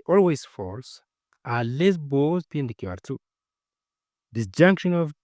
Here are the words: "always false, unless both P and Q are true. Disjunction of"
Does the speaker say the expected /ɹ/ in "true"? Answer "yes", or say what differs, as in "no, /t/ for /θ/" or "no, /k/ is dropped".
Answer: no, /ɹ/ is dropped